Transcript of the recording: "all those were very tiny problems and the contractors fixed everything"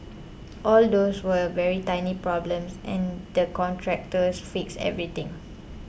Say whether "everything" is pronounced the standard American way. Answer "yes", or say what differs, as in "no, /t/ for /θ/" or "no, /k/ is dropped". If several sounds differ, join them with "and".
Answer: no, /t/ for /θ/